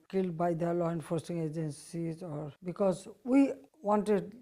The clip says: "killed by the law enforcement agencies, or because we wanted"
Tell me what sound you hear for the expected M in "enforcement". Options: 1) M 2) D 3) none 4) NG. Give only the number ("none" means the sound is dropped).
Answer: 3